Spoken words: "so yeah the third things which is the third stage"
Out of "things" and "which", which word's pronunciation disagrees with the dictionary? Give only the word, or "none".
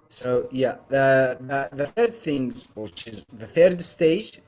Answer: none